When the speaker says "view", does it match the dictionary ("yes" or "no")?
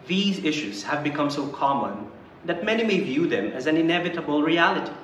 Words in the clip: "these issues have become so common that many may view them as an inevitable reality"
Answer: yes